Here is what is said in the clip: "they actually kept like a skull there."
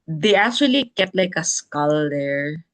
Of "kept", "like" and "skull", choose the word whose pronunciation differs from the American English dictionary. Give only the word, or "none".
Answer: kept